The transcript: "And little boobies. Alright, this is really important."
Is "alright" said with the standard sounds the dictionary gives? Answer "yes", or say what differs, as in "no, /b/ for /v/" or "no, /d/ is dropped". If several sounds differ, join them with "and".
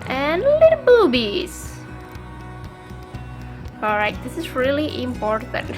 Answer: no, /l/ is dropped